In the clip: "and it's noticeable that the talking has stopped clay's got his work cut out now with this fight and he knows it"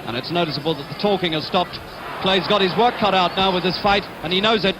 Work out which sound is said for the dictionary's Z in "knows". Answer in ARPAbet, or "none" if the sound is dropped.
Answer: Z